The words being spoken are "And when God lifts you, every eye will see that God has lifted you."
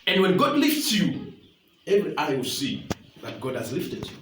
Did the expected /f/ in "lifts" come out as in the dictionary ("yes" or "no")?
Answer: yes